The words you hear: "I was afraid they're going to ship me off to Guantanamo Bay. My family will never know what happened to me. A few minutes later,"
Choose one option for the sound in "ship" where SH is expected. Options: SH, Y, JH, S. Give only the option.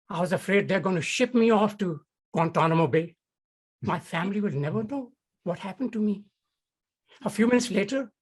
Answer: SH